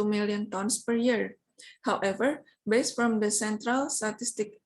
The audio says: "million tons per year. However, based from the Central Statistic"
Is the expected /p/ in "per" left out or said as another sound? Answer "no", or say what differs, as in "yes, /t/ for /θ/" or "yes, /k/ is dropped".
no